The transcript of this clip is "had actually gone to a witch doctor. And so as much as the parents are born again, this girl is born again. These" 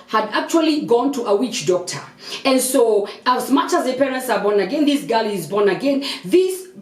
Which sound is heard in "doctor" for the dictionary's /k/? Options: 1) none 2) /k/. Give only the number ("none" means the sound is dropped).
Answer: 2